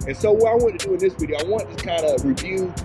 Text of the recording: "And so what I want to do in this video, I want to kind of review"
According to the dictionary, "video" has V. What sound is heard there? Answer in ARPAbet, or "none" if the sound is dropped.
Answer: B